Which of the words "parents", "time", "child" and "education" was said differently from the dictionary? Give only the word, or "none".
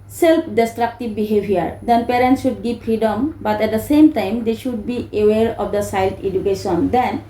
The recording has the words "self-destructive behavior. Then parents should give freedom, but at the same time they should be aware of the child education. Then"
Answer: child